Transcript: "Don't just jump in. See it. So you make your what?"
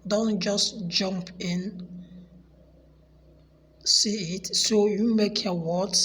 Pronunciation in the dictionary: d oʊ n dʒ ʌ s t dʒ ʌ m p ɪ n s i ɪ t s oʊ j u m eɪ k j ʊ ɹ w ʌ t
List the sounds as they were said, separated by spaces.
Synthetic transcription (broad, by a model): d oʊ n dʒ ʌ s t dʒ ʌ m p ɪ n s i ɪ t s oʊ j u m eɪ k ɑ w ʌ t